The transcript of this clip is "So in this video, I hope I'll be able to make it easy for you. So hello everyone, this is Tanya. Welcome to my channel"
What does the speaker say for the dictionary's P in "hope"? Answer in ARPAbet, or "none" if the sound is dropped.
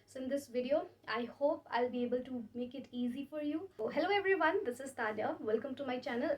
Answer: P